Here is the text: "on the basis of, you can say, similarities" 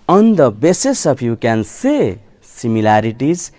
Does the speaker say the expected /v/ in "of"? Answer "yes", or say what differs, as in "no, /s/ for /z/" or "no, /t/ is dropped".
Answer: no, /p/ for /v/